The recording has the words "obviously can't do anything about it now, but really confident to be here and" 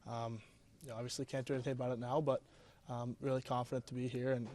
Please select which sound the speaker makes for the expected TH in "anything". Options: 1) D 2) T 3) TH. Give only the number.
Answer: 3